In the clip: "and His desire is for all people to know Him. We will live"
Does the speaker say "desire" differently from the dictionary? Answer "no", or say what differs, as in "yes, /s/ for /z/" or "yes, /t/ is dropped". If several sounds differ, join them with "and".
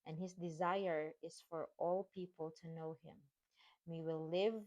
no